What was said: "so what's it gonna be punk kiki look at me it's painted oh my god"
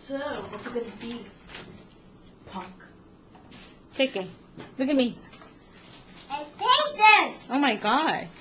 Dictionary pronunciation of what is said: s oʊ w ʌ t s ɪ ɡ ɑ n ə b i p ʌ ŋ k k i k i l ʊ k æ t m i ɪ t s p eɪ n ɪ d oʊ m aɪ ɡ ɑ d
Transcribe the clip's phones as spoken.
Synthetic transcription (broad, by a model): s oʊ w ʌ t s ɪ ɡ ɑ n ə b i p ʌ k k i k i l ʊ k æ t m i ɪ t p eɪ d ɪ oʊ m aɪ ɡ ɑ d